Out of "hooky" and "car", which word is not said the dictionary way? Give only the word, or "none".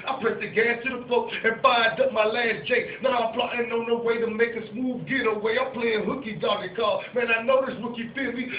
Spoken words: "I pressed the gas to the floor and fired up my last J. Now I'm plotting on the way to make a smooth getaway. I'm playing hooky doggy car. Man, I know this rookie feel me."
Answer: car